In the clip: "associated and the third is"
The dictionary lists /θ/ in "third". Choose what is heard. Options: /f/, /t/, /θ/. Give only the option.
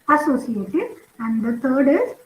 /t/